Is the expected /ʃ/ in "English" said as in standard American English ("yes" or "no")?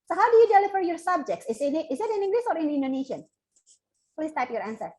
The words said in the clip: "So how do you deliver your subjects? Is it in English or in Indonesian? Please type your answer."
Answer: no